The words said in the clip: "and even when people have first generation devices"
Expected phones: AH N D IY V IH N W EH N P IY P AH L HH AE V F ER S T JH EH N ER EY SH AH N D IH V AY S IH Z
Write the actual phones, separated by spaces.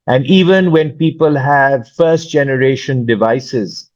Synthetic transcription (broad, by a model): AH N D IY V IH N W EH N P IY P AH L HH AE V F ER S T JH EH N ER EY SH AH N D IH V AY S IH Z